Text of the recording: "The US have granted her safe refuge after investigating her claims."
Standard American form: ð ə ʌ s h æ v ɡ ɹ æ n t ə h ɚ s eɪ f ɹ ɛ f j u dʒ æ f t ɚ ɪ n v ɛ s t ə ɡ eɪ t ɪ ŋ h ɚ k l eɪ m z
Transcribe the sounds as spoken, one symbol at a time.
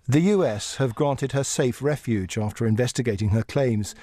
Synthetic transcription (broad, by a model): ð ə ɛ s h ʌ v ɡ ɹ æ n t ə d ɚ s eɪ f ɹ ɛ f j u dʒ æ f t ɚ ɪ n v ɛ s t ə ɡ eɪ t ɪ ŋ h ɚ k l eɪ m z